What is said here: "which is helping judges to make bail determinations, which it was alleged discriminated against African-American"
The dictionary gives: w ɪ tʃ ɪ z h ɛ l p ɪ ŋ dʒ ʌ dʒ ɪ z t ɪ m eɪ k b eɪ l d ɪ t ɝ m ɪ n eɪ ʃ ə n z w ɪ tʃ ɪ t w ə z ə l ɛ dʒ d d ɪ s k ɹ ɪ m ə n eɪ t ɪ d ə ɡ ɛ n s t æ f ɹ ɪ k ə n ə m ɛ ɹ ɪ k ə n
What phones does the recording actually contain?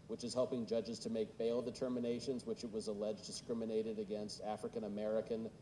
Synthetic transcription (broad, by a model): w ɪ tʃ ɪ z h ɛ l p ɪ ŋ dʒ ʌ dʒ ɪ z t ɪ m eɪ k b eɪ l d ɪ t ɝ m ɪ n eɪ ʃ ə n z w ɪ tʃ ɪ t w ə z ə l ɛ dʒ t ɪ s k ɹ ɪ m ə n eɪ t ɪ d ə ɡ ɛ n s t æ f ɹ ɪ k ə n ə m ɛ ɹ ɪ k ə n